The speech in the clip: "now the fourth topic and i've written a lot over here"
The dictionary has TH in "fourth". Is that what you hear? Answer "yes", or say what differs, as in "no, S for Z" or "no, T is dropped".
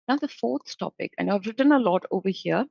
no, T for TH